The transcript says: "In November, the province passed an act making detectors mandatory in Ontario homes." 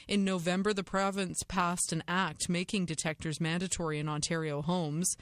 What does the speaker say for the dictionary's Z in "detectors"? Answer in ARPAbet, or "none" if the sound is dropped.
Z